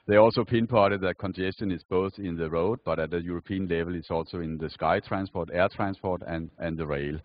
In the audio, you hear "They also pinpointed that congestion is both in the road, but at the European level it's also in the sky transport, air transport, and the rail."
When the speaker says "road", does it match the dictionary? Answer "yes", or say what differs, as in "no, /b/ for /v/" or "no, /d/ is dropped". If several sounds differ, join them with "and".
yes